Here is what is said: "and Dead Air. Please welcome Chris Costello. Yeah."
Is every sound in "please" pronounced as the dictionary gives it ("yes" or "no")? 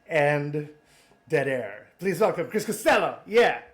yes